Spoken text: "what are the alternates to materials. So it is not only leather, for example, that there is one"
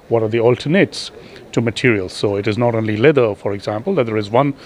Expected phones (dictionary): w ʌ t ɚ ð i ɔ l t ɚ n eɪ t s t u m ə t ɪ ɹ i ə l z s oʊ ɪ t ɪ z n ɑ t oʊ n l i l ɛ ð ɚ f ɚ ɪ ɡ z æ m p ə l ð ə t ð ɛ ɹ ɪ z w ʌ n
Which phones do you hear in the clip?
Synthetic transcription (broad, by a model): w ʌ t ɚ ð i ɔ l t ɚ n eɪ t s t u m ə t ɪ ɹ i ə l z s oʊ ɪ t ɪ z n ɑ t oʊ n l i l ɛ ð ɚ f ɚ ɪ ɡ z æ m p ə l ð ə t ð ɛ ɹ ɪ z w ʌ n